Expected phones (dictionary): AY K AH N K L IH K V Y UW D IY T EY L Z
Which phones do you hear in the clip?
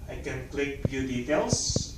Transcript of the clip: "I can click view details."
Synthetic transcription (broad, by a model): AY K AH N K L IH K B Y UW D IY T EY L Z